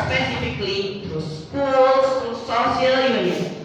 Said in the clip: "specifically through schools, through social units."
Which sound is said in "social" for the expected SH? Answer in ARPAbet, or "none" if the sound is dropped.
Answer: S